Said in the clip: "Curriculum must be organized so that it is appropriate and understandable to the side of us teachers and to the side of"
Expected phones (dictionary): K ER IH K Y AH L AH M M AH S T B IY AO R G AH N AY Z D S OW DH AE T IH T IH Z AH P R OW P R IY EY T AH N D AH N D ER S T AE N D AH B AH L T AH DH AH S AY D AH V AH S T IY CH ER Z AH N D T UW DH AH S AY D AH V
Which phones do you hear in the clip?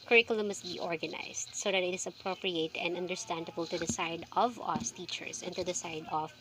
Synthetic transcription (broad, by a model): K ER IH K Y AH L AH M M AH S T B IY AO R G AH N AY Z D S OW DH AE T IH T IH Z AH P R OW P R IY EY T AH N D AH N D ER S T AE N D AH B AH L T AH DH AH S AY D AH V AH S T IY CH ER S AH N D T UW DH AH S AY D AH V